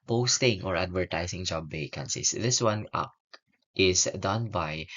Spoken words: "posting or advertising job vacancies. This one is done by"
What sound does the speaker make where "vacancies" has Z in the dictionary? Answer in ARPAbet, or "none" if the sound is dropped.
S